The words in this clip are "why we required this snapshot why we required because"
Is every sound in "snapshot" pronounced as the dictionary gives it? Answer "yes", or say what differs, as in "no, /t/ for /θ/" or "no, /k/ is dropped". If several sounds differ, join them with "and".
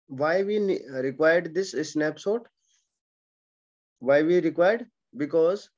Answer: no, /s/ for /ʃ/